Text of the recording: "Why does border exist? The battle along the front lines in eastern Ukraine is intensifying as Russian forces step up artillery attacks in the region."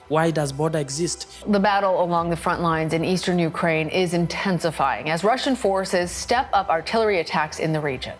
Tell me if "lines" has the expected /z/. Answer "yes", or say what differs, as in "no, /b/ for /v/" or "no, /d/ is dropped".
yes